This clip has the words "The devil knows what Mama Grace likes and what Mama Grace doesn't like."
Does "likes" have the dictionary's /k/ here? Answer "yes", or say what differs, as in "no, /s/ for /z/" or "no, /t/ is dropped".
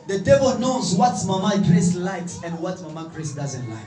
yes